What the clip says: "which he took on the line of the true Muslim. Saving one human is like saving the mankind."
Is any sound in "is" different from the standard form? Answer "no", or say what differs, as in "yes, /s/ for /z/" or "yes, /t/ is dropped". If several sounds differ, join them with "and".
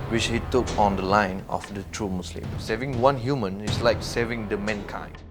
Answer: yes, /s/ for /z/